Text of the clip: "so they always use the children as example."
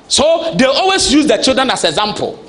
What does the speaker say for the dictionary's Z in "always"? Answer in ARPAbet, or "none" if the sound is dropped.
S